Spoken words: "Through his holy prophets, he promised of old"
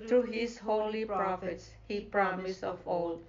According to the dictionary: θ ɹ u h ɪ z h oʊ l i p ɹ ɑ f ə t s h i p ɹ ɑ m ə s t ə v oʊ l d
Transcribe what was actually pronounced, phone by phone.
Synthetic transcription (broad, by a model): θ ɹ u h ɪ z h oʊ l i p ɹ ɑ f ə t s h i p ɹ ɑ m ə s ə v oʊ l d